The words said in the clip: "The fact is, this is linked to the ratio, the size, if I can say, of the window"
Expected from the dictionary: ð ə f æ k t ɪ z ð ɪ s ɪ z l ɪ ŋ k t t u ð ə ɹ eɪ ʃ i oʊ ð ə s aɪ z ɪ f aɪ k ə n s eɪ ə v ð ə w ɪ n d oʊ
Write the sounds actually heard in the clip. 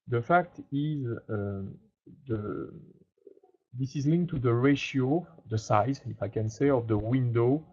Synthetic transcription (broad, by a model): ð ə f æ k t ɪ z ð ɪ s ɪ z l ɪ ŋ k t t u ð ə ɹ eɪ ʃ i oʊ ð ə s aɪ z ɪ f aɪ k ə n s eɪ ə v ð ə w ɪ n d oʊ